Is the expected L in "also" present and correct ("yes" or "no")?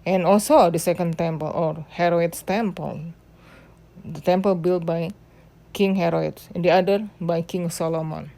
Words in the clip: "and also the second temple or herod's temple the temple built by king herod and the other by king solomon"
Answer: yes